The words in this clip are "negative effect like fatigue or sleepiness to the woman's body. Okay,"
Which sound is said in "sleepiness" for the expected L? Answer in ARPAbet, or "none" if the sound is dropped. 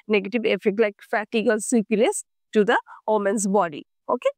none